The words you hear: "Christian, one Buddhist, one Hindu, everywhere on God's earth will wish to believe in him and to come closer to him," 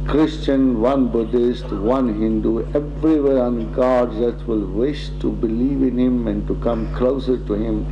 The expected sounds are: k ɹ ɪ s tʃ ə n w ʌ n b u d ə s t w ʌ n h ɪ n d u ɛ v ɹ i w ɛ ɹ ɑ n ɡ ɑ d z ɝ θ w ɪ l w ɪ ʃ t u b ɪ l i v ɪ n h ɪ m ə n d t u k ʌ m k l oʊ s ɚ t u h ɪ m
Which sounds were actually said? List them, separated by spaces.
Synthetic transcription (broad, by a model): k ɹ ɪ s tʃ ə n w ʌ n b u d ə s t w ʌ n h ɪ n d u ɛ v ɹ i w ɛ ɹ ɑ n ɡ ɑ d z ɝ t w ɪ l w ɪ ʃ t u b ɪ l i v ɪ n h ɪ m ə n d t u k ʌ m k l oʊ s ɚ t u h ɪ m